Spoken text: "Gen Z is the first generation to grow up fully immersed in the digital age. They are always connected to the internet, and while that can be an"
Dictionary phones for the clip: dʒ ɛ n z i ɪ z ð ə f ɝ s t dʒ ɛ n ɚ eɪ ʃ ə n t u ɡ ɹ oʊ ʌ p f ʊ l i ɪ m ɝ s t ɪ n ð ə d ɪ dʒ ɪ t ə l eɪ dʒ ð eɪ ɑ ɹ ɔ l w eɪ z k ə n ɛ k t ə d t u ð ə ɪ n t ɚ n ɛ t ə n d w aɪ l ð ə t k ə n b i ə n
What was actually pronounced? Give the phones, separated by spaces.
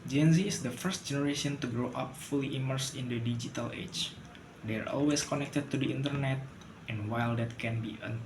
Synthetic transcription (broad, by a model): dʒ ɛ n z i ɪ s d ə f ɝ s t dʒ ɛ n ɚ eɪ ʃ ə n t u ɡ ɹ oʊ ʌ p f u l i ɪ m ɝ s ɪ n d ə d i dʒ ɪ t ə l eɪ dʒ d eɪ ɑ ɹ ɔ l w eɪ s k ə n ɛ k t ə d t u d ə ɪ n t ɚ n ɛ t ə n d w aɪ l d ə t k ə n b i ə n